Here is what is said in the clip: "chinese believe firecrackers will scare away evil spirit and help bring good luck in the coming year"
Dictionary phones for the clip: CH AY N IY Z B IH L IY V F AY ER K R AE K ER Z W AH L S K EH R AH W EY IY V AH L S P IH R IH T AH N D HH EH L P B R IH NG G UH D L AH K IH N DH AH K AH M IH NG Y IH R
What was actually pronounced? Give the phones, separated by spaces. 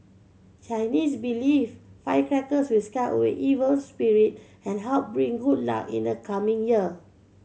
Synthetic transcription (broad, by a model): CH AY N IY S B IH L IY F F AY K R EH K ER S W AH L S K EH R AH W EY IY V AH L S P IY R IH T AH N HH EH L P B R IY NG G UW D L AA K IH N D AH K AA M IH NG Y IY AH